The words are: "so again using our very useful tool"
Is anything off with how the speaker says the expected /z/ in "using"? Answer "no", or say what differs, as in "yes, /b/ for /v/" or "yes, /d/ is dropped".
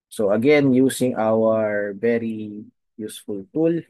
yes, /s/ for /z/